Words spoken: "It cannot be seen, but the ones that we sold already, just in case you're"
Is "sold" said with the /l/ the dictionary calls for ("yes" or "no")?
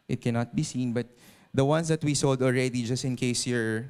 yes